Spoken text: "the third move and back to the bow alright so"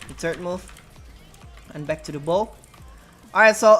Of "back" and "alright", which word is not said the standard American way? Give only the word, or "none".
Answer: alright